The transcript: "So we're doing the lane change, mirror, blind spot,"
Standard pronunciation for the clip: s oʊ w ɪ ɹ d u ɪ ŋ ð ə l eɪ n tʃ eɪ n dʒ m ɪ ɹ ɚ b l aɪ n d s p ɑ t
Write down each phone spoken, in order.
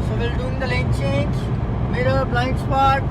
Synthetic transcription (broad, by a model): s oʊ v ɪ l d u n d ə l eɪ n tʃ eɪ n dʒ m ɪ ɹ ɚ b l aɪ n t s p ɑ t